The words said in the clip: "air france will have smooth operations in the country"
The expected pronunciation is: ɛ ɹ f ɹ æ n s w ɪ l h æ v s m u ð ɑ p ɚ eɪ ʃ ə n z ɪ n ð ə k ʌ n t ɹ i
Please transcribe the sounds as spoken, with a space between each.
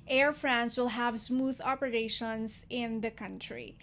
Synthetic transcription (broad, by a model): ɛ ɹ f ɹ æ n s w ɪ l h æ v s m u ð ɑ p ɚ eɪ ʃ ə n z ɪ n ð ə k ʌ n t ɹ i